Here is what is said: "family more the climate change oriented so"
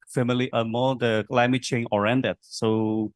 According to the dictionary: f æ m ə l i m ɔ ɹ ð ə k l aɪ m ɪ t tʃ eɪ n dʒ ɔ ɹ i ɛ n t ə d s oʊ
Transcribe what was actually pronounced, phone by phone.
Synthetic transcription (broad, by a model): f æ m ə l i m ɔ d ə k l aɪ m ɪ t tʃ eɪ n ɔ ɹ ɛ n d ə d s oʊ